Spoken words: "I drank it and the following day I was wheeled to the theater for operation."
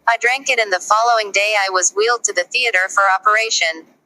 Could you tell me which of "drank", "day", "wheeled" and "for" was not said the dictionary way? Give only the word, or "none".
none